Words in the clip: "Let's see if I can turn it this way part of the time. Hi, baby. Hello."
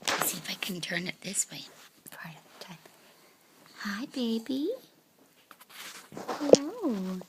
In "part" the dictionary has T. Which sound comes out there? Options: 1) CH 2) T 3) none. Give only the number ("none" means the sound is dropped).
3